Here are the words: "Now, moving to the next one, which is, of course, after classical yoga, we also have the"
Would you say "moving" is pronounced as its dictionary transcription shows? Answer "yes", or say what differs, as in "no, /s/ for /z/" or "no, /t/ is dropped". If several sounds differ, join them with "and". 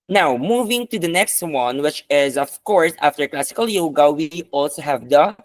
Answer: yes